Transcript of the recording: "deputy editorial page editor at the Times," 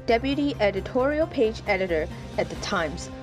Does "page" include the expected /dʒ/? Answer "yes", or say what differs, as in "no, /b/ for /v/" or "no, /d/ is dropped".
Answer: yes